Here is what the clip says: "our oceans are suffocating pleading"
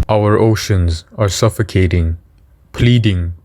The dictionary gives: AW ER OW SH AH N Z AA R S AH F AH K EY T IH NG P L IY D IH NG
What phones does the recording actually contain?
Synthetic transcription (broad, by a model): AW ER OW SH AH N Z AA R S AH F AH K EY T IH NG P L IY D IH NG